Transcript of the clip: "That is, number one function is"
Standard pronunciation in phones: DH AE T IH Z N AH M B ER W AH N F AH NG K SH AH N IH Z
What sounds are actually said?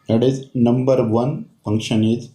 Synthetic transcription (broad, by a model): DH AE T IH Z N AH M B ER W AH N P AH NG K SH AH N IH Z